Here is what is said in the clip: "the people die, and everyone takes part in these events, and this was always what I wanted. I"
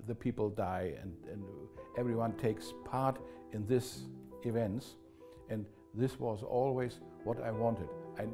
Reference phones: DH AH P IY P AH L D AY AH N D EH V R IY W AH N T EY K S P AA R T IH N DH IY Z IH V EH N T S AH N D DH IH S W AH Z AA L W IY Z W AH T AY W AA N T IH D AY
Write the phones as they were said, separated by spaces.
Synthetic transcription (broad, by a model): DH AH P IY P L D AY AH N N EH V R IY W AH N T EY K S P AA R T IH N DH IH S IH V EH N T S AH N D DH IH S W AH Z AA L W IY Z W AH T AY W AA N T IH D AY